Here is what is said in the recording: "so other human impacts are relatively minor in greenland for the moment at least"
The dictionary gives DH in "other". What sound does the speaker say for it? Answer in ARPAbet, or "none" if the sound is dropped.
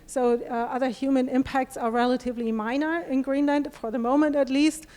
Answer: DH